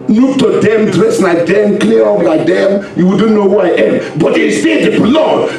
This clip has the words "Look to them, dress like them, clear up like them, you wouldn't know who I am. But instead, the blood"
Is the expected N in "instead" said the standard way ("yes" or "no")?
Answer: no